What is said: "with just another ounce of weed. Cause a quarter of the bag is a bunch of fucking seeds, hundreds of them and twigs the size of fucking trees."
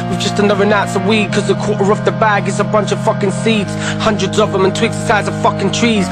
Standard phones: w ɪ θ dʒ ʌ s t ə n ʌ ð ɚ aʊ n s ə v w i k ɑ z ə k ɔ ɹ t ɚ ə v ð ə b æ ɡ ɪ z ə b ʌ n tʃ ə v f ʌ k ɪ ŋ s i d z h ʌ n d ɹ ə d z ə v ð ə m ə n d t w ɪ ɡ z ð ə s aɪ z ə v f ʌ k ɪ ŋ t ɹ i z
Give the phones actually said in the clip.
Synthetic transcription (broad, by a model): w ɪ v dʒ ʌ s t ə n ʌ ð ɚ aʊ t s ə w i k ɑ z ə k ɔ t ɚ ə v ð ə b æ ɡ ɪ s ə b ʌ n tʃ ə v f ʌ k ɪ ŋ s i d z h ʌ n d ɹ ə d z ə v ð ə m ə n t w ɪ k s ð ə s aɪ z ə v f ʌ k ɪ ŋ t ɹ i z